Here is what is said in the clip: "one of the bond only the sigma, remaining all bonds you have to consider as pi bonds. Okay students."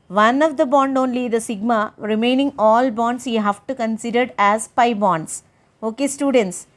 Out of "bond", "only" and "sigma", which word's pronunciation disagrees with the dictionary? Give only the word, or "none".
none